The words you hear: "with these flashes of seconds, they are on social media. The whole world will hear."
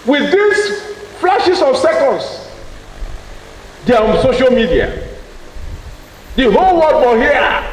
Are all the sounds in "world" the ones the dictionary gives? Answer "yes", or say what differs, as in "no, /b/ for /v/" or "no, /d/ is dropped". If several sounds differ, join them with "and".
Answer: no, /l/ is dropped